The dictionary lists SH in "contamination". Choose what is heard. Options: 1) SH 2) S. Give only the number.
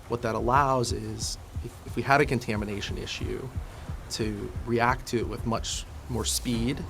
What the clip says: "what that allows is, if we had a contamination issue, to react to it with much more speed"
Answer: 1